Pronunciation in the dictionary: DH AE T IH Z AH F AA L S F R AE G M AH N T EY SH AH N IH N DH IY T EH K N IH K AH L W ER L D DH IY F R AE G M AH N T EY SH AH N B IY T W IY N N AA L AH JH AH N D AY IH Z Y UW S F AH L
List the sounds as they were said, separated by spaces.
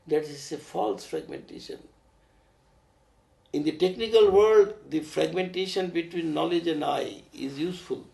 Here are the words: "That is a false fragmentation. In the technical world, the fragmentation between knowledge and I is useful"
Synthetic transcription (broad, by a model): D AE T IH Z AH F AA L S F R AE G M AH N T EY SH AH N IH N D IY T EH K N IH K AH L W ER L D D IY F R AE G M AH N T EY SH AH N B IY T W IY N N AA L AH JH AH N D AY IH Z Y UW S F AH L